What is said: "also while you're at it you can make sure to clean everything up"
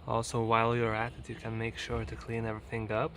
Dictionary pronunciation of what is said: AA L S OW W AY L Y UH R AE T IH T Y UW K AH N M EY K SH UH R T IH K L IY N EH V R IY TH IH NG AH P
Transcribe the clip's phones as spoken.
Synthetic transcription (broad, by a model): AA L S OW W AY L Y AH R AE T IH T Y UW K AH N M EY K SH UH R T IH K L IY N EH V R IY TH IH NG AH P